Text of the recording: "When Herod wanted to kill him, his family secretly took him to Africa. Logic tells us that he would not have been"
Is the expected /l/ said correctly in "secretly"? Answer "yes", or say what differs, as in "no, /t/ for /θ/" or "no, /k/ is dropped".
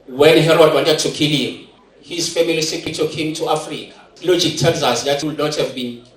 no, /l/ is dropped